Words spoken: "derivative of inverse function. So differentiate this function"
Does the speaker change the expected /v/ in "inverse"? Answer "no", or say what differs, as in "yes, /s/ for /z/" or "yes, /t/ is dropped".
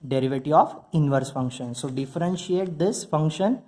no